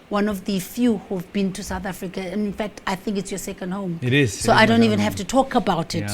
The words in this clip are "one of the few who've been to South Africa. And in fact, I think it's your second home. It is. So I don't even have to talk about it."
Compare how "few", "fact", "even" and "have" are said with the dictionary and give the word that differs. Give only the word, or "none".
have